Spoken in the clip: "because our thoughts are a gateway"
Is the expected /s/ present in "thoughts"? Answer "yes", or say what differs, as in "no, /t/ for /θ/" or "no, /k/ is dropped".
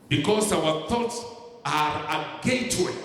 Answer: yes